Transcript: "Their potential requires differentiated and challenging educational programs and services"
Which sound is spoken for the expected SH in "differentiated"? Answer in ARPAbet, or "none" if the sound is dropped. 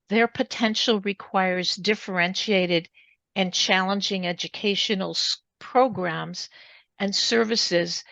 SH